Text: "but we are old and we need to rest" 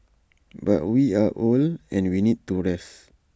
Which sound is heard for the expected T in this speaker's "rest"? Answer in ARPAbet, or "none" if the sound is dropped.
none